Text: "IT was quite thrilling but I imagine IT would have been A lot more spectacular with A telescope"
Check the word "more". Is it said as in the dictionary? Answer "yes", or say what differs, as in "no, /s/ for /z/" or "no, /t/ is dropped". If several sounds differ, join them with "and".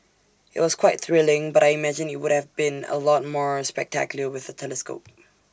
yes